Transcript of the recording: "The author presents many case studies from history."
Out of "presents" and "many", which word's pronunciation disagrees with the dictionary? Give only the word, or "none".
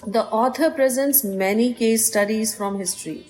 none